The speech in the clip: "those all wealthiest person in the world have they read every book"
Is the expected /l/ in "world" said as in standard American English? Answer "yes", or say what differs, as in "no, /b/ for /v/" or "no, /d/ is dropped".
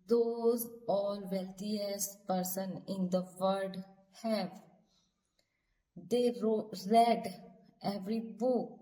no, /l/ is dropped